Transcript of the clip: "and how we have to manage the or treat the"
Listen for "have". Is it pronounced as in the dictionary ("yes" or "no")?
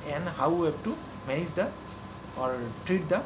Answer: no